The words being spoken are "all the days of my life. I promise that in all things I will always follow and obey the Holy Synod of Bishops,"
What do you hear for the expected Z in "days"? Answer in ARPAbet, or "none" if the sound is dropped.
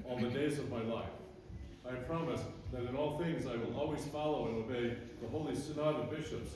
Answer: Z